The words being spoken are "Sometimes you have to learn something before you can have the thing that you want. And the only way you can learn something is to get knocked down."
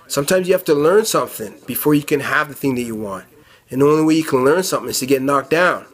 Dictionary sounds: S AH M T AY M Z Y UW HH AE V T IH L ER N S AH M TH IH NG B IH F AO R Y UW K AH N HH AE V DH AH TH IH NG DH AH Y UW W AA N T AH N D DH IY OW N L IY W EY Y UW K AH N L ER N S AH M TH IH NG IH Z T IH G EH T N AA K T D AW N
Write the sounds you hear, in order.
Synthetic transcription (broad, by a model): S AH M T AY M Z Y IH HH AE F T IH L ER N S AH M TH IH NG B IH F AO R Y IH K AH N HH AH V DH AH TH IH NG DH AH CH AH W AA N T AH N DH IY OW N L IY W EY Y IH K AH N L ER N S AH M TH IH NG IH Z T IH G EH T N AA K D AW N